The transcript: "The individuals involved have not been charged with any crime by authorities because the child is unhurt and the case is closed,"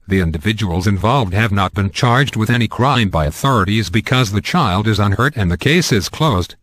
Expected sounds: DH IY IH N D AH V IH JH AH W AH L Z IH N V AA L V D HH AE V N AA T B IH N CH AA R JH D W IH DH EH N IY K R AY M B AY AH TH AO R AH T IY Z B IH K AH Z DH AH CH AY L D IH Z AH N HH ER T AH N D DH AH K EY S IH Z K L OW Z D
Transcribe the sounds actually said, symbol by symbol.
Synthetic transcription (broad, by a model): DH IY IH N D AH V IH JH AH W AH L Z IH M V AA L V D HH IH V N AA T B IH N CH AA R JH D W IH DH EH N IY K R AY M B AY AH TH AO R AH T IY Z B IH K AH Z DH AH CH AY L D IH Z AH N HH ER T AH N DH AH K EY S IH Z K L OW Z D